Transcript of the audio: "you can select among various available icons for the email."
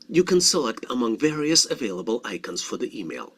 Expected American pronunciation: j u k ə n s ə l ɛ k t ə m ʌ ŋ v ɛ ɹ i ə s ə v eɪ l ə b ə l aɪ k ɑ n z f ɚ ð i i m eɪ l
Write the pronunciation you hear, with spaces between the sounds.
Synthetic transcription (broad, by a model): j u k ə n s ə l ɛ k t ə m ʌ ŋ v ɛ ɹ i ə s ə v eɪ l ə b ə l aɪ k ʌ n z f ɚ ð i i m eɪ l